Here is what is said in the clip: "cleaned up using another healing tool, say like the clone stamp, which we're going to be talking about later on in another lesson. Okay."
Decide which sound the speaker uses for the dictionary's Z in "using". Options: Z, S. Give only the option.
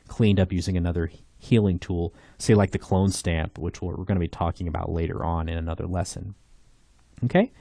Z